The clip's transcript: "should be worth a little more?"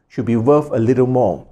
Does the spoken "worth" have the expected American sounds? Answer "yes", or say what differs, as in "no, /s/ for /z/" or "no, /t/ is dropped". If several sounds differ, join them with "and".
no, /f/ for /θ/